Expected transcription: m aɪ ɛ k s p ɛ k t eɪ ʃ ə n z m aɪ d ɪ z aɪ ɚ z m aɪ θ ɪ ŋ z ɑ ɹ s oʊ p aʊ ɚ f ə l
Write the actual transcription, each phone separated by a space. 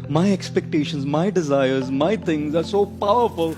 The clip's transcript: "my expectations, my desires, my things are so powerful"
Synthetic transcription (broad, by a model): m aɪ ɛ k s p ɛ k t eɪ ʃ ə n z m aɪ d ɪ z aɪ ɚ z m aɪ t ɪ ŋ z ɑ ɹ s oʊ p aʊ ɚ f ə l